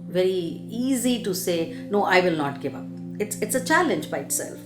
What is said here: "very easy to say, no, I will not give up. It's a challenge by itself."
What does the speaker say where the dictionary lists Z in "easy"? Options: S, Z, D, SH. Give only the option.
Z